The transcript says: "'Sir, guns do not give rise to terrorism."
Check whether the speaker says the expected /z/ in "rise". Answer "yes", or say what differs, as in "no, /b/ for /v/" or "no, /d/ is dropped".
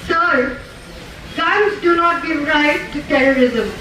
no, /z/ is dropped